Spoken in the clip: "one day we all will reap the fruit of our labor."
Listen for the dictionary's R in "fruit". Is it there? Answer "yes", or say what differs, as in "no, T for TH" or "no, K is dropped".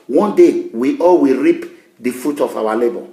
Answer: no, R is dropped